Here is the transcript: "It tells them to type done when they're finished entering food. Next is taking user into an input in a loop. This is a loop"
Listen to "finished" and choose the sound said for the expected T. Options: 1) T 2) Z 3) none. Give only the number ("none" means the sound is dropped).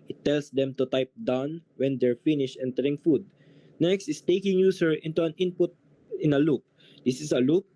3